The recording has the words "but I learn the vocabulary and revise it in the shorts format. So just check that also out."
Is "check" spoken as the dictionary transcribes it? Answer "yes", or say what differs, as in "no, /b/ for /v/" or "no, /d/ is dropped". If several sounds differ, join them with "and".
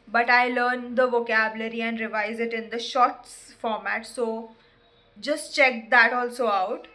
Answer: yes